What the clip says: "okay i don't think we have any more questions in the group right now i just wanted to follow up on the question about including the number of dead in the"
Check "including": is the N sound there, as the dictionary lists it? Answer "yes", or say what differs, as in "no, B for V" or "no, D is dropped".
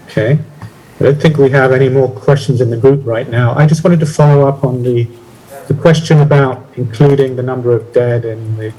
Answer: yes